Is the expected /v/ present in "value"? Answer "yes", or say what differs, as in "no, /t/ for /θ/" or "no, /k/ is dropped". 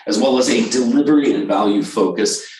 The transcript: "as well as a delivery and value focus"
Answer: yes